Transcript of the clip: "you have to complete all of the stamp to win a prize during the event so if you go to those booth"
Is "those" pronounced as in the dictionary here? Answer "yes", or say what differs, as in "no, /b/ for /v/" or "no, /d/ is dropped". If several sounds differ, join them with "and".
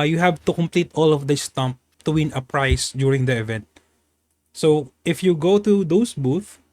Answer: no, /s/ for /z/